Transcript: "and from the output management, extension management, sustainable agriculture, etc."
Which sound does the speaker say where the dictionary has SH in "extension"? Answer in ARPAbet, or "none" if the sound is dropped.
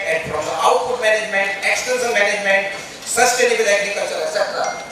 S